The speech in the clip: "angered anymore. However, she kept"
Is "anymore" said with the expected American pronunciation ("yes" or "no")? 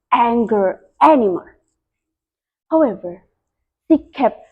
no